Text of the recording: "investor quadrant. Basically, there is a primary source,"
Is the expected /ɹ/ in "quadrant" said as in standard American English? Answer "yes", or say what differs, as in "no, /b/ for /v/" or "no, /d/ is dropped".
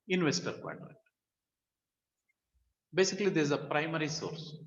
no, /l/ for /ɹ/